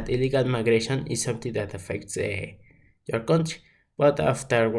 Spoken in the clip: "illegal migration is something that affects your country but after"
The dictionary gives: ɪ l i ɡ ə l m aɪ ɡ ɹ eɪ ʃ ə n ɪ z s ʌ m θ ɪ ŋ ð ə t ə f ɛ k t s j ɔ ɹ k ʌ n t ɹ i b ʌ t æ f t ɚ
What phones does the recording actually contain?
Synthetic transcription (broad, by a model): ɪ l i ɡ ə l m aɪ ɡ ɹ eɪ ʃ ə n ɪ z s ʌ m t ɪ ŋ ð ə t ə f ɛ k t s j ɔ ɹ k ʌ n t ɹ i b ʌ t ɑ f t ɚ